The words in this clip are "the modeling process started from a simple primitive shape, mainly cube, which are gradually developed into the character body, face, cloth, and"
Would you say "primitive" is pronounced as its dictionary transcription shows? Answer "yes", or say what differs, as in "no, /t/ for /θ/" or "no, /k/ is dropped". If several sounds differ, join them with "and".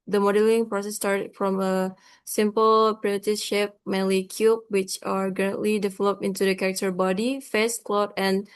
no, /m/ is dropped